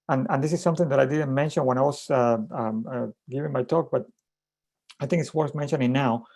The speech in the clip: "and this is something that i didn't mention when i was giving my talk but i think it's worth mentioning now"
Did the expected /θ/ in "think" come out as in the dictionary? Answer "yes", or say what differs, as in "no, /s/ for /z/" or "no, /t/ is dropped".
yes